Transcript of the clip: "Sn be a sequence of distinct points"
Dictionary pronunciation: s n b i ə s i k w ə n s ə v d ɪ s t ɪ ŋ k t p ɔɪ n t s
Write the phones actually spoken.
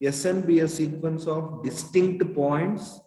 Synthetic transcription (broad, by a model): s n b i ə s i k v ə n s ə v d ɪ s t ɪ ŋ k t p ɔɪ n t s